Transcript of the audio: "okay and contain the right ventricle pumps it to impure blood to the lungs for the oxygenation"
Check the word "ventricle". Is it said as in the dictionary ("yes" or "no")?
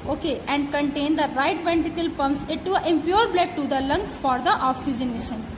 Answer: no